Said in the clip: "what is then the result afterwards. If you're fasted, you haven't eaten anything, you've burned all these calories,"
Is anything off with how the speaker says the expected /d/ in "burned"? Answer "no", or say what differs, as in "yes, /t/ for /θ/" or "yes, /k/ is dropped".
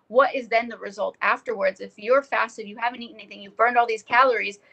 no